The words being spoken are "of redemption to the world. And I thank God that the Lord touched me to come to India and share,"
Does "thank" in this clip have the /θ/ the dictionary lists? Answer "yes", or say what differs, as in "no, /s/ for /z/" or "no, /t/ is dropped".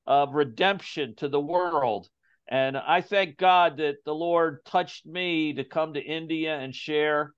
yes